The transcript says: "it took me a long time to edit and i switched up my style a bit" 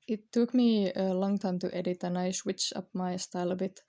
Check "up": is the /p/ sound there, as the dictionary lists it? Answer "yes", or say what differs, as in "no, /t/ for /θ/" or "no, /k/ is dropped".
yes